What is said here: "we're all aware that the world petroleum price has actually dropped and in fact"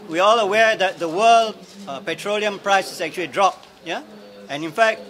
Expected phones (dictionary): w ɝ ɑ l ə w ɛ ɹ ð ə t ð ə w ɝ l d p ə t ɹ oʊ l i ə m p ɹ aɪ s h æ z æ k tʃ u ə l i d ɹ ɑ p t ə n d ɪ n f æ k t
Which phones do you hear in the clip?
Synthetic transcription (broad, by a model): w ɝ ɑ l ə w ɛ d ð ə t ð ə w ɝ l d p ə t ɹ oʊ l i ə m p ɹ aɪ s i s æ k tʃ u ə l i d ɹ ɑ p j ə n ɪ n f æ k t